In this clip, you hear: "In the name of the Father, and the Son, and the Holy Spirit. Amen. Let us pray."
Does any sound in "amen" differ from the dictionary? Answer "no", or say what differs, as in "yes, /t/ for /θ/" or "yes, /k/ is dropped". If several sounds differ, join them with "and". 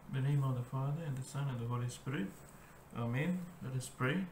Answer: no